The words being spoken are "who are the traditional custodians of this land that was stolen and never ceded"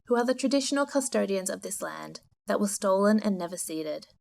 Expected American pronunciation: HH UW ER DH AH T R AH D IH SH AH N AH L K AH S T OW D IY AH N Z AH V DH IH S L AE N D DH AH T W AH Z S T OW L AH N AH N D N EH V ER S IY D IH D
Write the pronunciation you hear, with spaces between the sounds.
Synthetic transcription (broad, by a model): HH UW ER DH AH T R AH D IH SH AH N L K AH S T OW D IY AH N Z AH V DH IH S L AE N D DH AH T W AH Z S T OW L AH N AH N N EH V ER S IY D IH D